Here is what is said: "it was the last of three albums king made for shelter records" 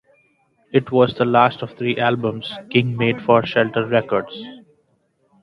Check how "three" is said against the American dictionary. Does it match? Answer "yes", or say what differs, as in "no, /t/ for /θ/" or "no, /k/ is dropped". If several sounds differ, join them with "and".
no, /t/ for /θ/